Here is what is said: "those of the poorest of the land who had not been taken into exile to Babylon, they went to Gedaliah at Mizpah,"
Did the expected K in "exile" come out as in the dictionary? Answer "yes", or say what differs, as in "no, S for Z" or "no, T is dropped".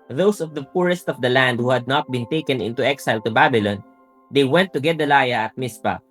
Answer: yes